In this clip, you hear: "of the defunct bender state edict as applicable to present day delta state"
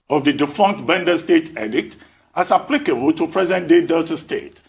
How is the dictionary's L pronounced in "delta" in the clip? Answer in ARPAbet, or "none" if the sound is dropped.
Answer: none